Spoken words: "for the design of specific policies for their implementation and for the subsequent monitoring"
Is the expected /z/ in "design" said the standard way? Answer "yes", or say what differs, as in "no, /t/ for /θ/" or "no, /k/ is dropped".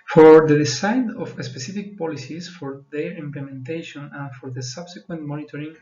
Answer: no, /s/ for /z/